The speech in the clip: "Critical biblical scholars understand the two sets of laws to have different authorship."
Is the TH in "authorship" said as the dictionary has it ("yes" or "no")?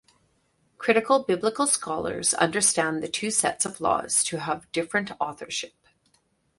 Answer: yes